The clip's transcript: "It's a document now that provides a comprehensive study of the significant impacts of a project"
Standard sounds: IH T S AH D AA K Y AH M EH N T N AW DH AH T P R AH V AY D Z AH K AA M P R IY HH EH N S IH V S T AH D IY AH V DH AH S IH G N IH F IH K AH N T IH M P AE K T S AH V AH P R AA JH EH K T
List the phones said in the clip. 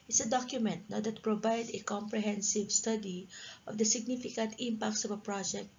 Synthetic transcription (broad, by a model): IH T S AH D AA K Y AH M EH N T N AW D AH T P R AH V AY D AH K AA M P R IY HH EH N S IH V S T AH D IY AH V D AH S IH G N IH F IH K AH N T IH M P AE K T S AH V AH P R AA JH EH K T